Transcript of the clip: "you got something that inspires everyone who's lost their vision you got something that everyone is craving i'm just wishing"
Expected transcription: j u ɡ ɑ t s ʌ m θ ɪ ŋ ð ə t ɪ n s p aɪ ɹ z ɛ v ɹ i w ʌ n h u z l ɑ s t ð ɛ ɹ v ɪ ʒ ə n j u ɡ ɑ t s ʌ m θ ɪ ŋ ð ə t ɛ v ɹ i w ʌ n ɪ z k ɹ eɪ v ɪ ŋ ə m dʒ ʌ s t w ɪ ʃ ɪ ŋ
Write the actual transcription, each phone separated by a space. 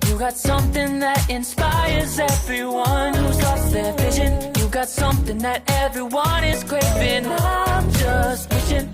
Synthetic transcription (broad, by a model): j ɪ ɡ ɑ t s ʌ m θ ɪ ŋ ð ə t ɪ n s p aɪ ɹ z ɛ v ɹ i w ʌ n h u z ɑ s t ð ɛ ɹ v ɪ ʒ ə n j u ɡ ɑ t s ʌ m θ ɪ ŋ ð ə t ɛ v ɹ i w ʌ n ɪ z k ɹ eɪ p ɪ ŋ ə dʒ ʌ s t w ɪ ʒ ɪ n